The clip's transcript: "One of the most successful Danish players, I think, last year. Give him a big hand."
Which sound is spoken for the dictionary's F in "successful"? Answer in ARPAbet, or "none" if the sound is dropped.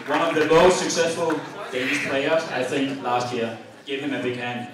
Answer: F